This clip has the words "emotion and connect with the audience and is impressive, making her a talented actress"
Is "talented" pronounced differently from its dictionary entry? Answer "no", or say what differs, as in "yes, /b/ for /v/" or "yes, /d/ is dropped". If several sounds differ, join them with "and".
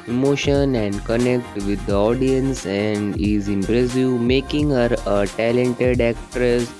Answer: no